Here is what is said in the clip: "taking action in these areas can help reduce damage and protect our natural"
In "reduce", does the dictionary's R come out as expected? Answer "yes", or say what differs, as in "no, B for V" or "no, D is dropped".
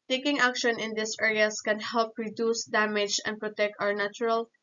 yes